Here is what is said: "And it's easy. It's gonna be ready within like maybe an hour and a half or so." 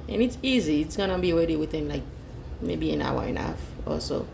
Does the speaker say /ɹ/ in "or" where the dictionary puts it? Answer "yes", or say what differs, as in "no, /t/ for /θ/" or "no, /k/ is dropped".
no, /l/ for /ɹ/